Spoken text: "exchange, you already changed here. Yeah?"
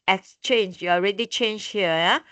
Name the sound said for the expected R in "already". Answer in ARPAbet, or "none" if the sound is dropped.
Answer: R